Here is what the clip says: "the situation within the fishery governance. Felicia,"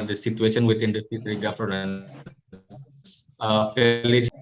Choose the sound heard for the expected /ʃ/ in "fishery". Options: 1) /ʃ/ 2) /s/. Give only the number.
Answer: 2